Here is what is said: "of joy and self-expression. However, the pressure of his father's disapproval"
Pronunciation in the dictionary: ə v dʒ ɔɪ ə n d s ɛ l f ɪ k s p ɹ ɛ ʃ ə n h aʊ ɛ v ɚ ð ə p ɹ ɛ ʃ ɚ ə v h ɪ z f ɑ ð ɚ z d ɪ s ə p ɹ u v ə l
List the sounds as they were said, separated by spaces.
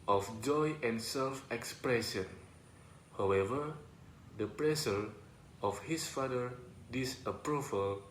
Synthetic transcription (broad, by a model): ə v dʒ ɔɪ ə n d s ɛ l f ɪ k s p ɹ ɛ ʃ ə n h aʊ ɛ v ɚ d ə p ɹ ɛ s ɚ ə f h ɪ s f ɑ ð ɚ d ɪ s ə p ɹ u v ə l